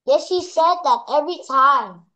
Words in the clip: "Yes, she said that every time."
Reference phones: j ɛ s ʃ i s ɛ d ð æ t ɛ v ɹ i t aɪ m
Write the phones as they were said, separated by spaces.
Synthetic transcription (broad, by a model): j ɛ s ʃ i s ɛ d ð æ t ɛ v ɹ i t aɪ m